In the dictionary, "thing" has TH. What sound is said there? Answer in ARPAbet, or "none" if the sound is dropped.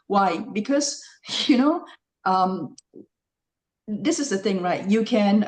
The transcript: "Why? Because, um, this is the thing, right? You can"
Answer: TH